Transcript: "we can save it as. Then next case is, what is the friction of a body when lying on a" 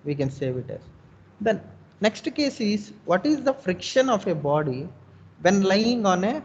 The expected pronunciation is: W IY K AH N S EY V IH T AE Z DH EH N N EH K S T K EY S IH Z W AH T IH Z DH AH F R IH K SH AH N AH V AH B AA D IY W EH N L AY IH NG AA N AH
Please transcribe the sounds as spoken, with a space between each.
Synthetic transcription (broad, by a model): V IY K AH N S EY V IH T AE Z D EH N N EH K S T K EY S IH Z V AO T IH Z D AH F R IH K SH AH N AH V AH B AA D IY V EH N L AY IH NG AA N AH